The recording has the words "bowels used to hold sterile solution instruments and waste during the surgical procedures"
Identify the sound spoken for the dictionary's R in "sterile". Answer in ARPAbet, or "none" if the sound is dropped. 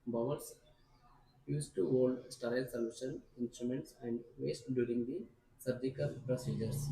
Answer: none